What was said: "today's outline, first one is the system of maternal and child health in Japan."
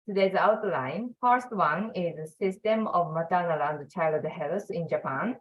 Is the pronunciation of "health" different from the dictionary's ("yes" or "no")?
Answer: yes